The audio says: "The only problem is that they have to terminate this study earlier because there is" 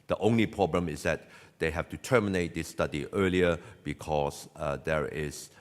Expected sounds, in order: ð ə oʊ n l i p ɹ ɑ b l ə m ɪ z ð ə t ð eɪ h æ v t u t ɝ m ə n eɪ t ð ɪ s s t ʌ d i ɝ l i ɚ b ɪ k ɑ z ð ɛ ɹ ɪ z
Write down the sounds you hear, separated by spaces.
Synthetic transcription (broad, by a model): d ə oʊ n l i p ɹ ɑ b l ə m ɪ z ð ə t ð eɪ h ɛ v t u t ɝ m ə n eɪ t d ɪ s s t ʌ d i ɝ l i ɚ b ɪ k ɑ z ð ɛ ɹ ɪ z